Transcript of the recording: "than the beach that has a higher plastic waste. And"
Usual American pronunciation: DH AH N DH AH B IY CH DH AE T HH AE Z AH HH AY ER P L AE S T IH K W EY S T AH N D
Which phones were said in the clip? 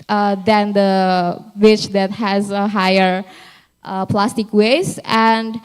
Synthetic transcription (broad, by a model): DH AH N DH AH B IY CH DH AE T HH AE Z AH HH AY ER P L AE S T IH K W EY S AH N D